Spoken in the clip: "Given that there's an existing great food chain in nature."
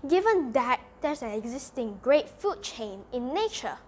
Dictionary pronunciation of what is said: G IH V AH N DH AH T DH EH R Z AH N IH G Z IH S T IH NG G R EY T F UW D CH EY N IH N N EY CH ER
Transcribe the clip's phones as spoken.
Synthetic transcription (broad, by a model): G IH V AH N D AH T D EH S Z AH N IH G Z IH S T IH NG G R EY T F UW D CH EY N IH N N EY CH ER